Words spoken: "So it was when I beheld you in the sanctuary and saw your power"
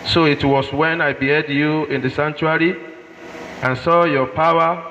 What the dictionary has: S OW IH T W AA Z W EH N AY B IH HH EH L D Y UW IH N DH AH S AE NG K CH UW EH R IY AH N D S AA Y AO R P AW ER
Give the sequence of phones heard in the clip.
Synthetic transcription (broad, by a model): S OW IH T W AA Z W EH N AY B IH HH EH D Y UW IH N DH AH S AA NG CH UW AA R IY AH N S AA Y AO P AW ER